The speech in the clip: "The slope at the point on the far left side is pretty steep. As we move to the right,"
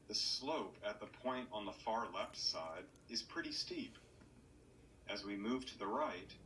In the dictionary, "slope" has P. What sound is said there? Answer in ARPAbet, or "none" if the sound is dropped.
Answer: P